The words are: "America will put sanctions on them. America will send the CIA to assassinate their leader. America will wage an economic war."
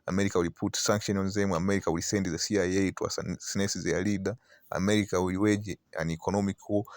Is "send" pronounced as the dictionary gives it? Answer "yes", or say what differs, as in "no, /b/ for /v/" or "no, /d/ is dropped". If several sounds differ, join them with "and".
yes